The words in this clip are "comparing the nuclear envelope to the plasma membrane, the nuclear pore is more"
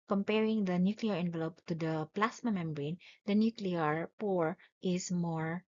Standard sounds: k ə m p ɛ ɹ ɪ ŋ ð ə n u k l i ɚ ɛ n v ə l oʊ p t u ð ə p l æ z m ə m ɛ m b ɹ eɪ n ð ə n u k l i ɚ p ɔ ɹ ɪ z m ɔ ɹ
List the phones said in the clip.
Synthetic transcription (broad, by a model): k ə m p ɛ ɹ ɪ ŋ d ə n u k l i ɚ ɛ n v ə l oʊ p t u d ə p l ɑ s m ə m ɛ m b ɹ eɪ n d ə n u k l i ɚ p ɔ ɹ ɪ s m ɔ ɹ